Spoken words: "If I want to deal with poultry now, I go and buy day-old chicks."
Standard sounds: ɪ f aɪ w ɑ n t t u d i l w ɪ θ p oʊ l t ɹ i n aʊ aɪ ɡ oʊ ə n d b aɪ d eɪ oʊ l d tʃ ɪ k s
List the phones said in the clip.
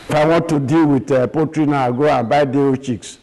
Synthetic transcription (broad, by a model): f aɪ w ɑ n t t u d i l w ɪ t p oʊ t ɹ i n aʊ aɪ ɡ oʊ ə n b aɪ d eɪ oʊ tʃ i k s